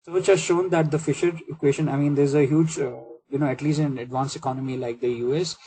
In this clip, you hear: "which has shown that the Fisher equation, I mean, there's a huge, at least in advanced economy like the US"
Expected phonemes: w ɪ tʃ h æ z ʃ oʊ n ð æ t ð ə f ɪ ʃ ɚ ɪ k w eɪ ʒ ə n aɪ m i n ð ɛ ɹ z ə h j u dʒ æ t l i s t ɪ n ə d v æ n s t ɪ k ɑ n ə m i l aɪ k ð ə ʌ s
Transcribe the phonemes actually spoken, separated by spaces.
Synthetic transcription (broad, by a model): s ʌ tʃ h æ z ʃ oʊ n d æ t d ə f ɪ ʃ ɚ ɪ k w eɪ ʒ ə n aɪ m i n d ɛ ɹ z ə h j u dʒ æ t l i s t ɪ n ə d v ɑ n s ɪ k ɑ n ə m i l aɪ k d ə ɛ s